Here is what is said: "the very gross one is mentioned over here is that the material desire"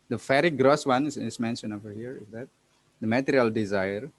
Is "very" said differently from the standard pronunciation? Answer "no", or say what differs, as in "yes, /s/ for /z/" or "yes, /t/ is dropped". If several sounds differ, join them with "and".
yes, /f/ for /v/